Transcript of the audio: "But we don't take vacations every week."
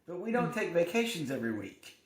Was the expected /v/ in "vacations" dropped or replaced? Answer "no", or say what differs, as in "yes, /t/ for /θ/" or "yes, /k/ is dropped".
no